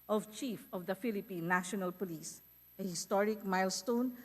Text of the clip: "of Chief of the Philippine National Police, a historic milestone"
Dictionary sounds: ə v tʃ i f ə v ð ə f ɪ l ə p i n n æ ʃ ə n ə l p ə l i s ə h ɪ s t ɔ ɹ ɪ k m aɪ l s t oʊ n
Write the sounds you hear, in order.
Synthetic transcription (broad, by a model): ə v tʃ i f ə v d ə f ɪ l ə p i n n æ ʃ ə n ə l p ə l i s ə h ɪ s t ɔ ɹ ɪ k m aɪ l s t oʊ n